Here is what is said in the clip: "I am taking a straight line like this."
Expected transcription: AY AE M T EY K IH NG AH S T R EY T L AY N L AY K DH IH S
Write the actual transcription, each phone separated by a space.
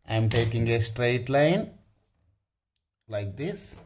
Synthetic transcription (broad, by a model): AY M T EY K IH NG AH S T R EY T L AY N L AY K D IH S